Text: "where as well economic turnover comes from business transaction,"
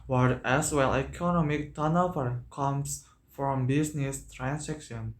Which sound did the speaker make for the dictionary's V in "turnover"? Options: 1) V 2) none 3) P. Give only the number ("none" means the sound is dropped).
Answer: 3